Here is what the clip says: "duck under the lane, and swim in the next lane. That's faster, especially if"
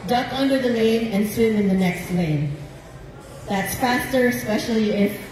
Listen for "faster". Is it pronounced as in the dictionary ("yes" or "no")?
yes